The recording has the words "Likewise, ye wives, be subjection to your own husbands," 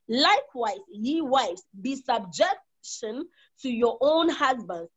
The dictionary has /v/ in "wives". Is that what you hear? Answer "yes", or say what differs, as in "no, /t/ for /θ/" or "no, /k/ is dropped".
no, /v/ is dropped